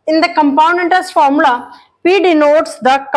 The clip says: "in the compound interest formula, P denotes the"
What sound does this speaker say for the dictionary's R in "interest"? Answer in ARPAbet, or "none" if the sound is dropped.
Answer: none